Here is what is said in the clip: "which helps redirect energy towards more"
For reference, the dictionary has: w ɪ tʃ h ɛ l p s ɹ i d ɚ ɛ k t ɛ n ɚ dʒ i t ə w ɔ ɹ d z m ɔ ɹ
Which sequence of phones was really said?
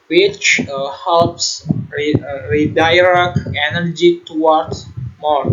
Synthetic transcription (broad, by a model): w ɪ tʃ h ɛ l p s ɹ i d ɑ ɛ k ɛ n ɚ dʒ i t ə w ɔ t m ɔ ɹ